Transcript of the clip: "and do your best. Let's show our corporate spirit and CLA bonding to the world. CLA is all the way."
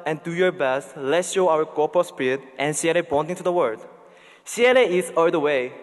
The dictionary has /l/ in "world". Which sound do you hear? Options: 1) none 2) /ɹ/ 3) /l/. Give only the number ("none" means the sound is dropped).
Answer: 1